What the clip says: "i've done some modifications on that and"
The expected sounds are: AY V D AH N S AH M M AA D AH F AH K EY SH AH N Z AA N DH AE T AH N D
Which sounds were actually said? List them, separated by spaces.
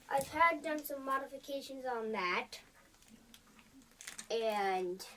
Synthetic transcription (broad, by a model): AY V D AH N S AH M M AA D AH F AH K EY SH AH N Z N DH AE T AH N